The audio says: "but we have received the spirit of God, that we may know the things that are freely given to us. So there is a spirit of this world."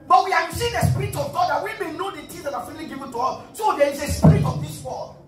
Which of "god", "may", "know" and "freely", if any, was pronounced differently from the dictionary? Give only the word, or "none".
freely